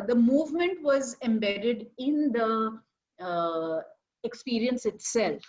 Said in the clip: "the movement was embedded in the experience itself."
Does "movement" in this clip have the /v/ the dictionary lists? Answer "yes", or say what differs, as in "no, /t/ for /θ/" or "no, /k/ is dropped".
yes